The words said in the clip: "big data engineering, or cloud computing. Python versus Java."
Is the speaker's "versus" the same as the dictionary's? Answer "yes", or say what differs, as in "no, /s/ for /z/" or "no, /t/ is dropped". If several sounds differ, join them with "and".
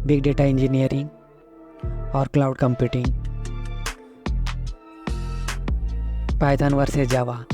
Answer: no, /z/ is dropped